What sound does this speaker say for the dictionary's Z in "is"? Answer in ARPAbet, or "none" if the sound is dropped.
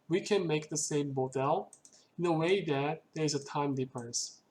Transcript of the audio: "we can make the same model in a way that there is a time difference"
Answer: Z